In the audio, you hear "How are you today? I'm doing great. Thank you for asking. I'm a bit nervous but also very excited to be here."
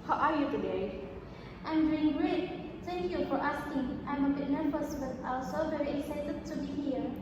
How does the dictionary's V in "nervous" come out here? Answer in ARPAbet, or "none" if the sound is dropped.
F